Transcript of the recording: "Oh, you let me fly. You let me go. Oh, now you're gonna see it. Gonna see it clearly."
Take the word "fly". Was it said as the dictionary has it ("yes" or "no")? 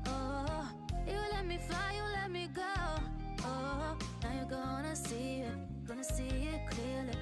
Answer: no